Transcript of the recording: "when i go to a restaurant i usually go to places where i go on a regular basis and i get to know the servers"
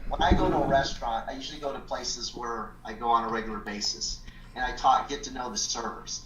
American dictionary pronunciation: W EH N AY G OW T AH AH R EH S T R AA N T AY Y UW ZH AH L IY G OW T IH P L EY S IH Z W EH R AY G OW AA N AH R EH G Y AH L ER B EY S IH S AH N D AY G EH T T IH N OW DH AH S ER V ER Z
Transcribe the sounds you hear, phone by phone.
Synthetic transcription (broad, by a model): W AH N AY G OW T AH AH R EH S T R AA N T AY Y UW ZH L IY G OW T IH P L EY S IH Z W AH R AY G OW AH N AH R EH G Y L ER B EY S IH S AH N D AY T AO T T IH N OW DH AH S ER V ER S